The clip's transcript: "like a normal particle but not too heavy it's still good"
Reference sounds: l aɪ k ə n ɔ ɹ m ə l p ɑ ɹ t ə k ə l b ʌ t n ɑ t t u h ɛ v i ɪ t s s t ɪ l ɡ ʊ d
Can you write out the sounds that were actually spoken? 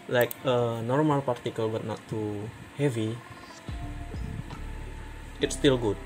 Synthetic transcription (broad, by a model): l aɪ k ə n ɔ ɹ m ə l p ɑ ɹ t ə k ə l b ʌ t n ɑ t t u h ɛ v i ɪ t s s t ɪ l ɡ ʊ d